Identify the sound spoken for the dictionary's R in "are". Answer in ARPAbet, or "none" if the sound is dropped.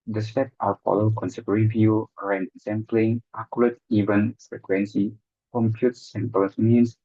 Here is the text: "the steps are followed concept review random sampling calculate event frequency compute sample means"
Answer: L